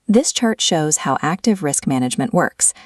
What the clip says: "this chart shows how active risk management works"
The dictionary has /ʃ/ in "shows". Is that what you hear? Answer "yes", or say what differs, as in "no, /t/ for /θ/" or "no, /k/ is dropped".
yes